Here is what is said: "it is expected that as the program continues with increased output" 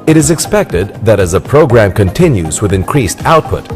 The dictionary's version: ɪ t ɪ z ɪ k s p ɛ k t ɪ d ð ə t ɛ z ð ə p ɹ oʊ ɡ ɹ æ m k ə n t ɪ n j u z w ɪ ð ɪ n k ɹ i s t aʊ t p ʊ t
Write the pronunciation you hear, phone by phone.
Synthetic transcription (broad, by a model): ɪ t ɪ z ɪ k s p ɛ k t ɪ d ð ə t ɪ z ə p ɹ oʊ ɡ ɹ æ m k ə n t ɪ n j u z w ɪ ð ɪ n k ɹ i s t aʊ t p ʊ t